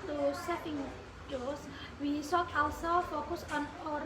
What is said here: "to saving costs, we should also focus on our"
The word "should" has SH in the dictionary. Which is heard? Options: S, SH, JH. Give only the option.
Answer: S